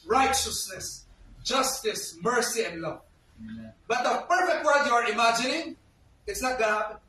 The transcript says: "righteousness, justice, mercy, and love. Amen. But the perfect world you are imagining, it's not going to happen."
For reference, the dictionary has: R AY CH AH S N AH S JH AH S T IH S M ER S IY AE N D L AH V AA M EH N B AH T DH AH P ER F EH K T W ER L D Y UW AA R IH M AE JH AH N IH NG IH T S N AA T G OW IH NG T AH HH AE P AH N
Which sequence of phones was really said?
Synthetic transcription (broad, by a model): R AY CH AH S N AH S JH AH S T IH S M ER S IY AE N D L AH V B AH T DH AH P ER F EH K T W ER D Y UW AA R IH M AE JH AH N IH NG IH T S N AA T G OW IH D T